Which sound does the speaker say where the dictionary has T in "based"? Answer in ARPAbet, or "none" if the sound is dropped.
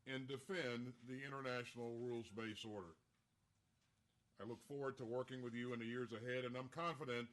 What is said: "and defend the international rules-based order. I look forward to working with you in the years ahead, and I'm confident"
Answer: none